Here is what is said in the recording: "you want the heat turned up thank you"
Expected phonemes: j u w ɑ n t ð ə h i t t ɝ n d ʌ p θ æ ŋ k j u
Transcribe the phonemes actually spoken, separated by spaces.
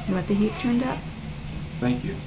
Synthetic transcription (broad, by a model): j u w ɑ t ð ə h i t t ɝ n d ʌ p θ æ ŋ k j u